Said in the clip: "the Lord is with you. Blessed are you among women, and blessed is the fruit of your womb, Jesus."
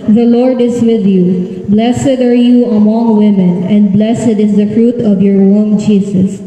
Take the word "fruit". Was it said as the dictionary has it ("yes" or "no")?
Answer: yes